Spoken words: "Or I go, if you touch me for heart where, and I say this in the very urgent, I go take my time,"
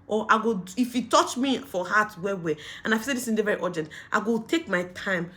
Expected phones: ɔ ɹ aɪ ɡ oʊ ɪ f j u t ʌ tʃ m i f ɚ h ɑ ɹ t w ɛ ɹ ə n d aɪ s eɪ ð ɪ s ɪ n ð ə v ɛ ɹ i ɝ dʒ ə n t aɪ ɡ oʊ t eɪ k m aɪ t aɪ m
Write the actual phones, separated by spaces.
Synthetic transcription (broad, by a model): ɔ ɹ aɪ ɡ oʊ ɪ f j u t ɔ tʃ m i f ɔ h ɑ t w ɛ w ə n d aɪ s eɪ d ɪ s ɪ n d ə v ɛ ɹ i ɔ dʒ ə n t aɪ ɡ oʊ t eɪ k m aɪ t aɪ m